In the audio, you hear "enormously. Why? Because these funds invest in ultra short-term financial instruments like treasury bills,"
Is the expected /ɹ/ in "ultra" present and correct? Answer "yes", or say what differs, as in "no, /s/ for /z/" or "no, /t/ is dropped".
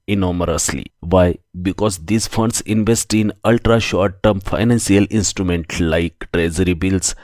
yes